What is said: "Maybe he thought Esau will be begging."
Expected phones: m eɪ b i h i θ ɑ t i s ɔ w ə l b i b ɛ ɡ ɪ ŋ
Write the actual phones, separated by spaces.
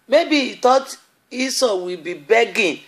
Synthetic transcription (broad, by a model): m eɪ b i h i t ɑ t i s ɔ w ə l b i b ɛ ɡ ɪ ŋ